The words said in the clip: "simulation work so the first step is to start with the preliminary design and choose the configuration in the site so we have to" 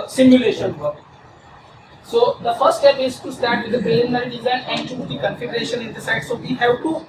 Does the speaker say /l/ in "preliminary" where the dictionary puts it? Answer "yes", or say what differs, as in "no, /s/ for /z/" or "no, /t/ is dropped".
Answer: no, /n/ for /l/